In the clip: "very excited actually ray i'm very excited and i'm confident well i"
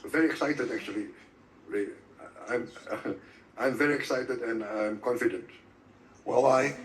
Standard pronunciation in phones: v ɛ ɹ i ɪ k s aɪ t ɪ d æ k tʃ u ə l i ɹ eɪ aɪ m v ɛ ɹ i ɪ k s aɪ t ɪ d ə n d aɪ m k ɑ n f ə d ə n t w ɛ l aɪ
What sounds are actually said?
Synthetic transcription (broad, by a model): v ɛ ɹ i ɪ k s aɪ t ɪ d æ k tʃ u ə l i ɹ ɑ aɪ m v ɛ ɹ i ɪ k s aɪ t ɪ d ə n d aɪ m k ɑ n f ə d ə n t w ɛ w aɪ